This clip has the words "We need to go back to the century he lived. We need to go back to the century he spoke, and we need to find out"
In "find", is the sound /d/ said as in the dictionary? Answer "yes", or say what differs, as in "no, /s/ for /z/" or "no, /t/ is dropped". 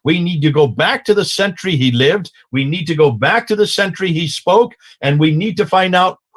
yes